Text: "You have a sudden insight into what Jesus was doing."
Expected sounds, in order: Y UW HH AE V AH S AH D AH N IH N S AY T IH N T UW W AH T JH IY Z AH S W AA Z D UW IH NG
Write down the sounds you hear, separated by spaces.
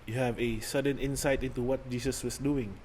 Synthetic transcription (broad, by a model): Y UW HH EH V AH S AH D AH N IH N S AY T IH N T UW W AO T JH IY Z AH S W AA S D UW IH NG